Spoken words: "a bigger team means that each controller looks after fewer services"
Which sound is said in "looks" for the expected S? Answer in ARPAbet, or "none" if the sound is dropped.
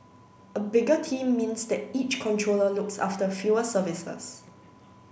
S